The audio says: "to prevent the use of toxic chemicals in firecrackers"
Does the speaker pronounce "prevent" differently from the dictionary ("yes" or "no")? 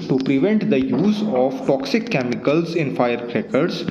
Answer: no